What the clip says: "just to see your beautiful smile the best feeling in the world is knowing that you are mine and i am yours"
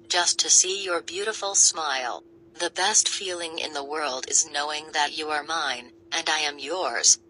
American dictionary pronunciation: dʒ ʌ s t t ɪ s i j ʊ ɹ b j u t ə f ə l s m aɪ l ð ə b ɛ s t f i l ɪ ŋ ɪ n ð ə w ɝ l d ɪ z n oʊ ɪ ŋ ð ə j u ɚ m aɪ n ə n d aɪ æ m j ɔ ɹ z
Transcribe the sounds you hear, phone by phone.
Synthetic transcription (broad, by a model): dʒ ʌ s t t ɪ s i j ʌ ɹ b j u t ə f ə l s m aɪ l ð ə b ɛ s t f i l ɪ ŋ ɪ n ð ə w ɝ l d ɪ z n oʊ ɪ ŋ ð ə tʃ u ɚ m aɪ n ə n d aɪ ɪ m j ɔ ɹ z